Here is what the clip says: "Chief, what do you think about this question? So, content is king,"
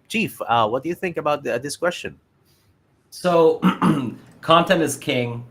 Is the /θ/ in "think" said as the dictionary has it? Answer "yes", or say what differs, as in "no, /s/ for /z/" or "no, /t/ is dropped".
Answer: yes